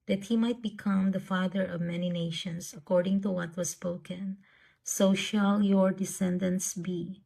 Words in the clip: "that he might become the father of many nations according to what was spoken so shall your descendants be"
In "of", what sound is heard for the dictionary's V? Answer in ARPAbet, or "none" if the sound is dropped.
V